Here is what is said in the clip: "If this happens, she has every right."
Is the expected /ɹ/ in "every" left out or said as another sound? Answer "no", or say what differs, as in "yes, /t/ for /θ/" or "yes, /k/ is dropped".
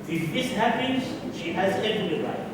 yes, /l/ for /ɹ/